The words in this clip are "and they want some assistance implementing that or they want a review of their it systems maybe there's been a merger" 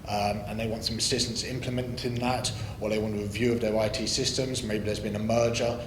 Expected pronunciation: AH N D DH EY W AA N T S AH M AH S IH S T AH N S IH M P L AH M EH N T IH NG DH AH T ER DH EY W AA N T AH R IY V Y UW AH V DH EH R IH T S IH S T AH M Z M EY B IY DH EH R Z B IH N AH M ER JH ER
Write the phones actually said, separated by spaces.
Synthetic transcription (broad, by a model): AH N DH EY W AA N T S AH M AH S IH S T AH N S IH M P L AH M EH N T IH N DH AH T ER DH EY W AA N T AH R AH V Y UW AH V DH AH R IH T S IH S T AH M Z M EY B IY DH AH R Z B IH N AH M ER JH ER